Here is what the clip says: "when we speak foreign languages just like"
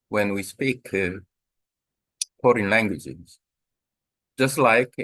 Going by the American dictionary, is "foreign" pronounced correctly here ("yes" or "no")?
no